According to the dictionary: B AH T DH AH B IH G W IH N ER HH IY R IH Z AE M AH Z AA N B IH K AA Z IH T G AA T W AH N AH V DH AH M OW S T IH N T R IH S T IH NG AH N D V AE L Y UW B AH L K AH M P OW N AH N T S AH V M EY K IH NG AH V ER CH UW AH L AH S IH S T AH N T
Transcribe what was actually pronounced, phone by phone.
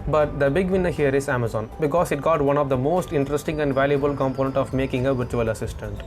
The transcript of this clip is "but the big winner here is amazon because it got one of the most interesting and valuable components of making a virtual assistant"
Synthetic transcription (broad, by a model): B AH T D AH B IH G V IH N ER HH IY R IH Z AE M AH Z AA N B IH K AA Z IH T G AA T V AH N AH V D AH M OW S T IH N T R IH S T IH NG AH N D V AE L Y UW B AH L K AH M P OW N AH N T AH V M EY K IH NG AH V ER CH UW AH L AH S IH S T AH N T